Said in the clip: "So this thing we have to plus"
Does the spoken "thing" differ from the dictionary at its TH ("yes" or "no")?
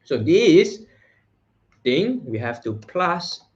yes